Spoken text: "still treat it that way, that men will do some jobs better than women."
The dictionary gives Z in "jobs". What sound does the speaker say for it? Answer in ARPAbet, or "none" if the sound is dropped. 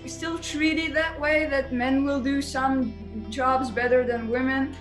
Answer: Z